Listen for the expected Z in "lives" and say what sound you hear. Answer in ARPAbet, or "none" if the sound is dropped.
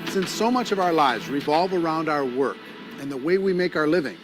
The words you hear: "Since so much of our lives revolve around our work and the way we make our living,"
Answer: Z